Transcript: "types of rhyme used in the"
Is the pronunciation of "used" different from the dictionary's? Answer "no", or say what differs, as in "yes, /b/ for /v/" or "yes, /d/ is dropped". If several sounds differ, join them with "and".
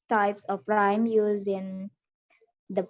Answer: yes, /d/ is dropped